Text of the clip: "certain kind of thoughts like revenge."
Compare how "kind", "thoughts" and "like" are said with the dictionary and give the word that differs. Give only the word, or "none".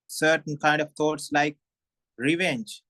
thoughts